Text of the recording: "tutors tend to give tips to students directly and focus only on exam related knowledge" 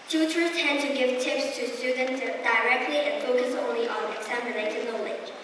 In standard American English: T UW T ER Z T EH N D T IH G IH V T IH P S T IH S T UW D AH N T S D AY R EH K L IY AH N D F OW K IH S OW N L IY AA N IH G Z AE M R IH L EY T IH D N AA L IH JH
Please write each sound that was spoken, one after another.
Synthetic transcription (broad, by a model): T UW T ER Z T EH N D T IH G IH V T IH P S T IH S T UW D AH N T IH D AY R EH K L IY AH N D F OW K IH S OW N L IY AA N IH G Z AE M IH N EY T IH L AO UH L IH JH